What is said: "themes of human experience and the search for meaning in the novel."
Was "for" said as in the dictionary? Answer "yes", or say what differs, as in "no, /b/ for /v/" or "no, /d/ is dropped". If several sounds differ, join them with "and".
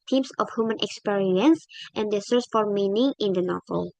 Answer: yes